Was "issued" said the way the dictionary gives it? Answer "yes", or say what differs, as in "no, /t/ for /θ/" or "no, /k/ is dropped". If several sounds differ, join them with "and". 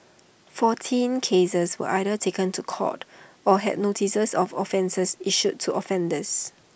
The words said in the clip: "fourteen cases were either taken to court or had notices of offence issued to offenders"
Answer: no, /s/ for /ʃ/